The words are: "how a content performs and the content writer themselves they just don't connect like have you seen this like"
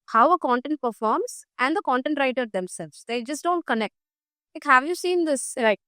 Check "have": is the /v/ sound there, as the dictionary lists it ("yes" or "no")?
yes